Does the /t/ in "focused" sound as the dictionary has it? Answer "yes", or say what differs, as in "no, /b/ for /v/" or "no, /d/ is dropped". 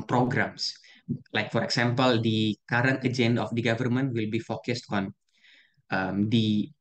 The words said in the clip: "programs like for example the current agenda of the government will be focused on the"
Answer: yes